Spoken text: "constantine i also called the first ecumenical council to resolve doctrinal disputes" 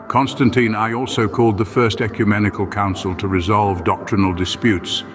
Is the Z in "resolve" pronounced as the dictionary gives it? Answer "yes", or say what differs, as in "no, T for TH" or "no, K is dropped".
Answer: yes